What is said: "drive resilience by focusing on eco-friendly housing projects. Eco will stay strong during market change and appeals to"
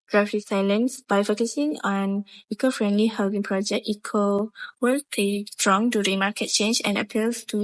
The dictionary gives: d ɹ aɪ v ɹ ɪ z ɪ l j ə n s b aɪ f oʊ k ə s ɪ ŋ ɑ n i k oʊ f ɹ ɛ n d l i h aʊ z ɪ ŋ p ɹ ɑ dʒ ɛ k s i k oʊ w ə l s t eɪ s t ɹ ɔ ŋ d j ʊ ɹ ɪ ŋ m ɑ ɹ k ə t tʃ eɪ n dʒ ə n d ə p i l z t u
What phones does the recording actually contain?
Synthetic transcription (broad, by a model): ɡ ɹ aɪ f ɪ s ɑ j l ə n s b aɪ f oʊ k ə s ɪ ŋ ɑ n i k oʊ f ɹ ɛ n d l i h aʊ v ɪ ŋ p ɹ ɑ dʒ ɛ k i k oʊ w ə l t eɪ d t ɹ ɔ ŋ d j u ɹ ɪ ŋ m ɑ k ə t tʃ eɪ n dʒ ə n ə p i l s t u